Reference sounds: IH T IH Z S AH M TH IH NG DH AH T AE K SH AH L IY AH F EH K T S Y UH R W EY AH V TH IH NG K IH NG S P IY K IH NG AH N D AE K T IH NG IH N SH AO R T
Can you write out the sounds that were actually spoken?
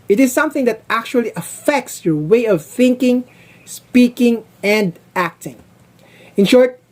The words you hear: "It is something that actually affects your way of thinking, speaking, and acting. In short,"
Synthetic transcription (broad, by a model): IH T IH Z S AH M TH IH NG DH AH T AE K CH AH L IY AH F EH K T S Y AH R W EY AH V TH IH NG K IH NG S P IY K IH NG AH N D AE K T IH NG IH N SH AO R T